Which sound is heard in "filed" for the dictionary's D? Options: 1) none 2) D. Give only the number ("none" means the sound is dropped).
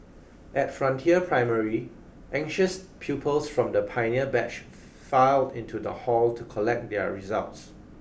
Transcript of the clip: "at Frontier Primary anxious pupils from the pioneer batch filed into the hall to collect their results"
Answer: 2